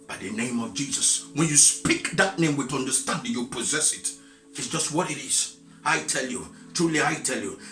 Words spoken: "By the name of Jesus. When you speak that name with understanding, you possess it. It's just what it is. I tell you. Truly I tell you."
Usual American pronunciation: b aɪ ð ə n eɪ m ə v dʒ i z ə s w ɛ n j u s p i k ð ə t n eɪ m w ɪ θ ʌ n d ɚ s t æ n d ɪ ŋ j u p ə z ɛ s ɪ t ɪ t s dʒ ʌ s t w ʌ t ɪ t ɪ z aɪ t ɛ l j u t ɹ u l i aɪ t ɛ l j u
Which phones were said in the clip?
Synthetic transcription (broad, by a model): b aɪ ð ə n eɪ m ə v dʒ i z ə s w ɛ n j u s p i k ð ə t n eɪ m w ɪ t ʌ n d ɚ s t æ n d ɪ j u p ə z ɛ s ɪ t ɪ t s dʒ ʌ s t w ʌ t ɪ t ɪ z aɪ t ɛ l j u t ɹ u l i aɪ t ɛ l j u